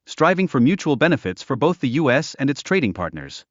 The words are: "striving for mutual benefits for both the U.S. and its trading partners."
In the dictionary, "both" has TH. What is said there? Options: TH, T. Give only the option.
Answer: TH